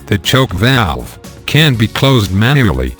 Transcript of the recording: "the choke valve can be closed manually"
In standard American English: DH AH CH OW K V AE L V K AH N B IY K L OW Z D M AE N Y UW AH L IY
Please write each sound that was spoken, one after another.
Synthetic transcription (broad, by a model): DH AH CH OW K V AE L V K AH N B IY K L OW Z D M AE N Y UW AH L IY